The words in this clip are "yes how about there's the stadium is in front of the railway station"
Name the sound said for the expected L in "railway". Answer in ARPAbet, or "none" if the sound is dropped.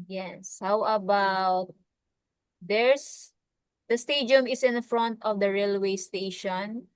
L